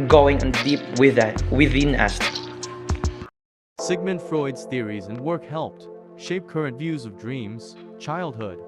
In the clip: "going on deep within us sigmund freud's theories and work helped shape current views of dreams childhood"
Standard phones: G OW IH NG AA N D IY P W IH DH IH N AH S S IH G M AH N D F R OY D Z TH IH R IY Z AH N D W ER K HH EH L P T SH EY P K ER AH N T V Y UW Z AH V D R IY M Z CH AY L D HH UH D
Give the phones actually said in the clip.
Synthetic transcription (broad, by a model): G OW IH NG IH N D IY P W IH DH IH N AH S S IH G M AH N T F R OY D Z TH IH R IY Z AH N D W ER K HH EH L P T SH EY P K ER AH N T V Y UW Z AH V D R IY M Z CH AY L D HH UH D